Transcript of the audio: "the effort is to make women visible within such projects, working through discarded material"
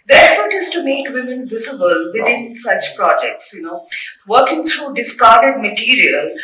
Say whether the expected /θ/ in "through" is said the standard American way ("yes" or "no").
no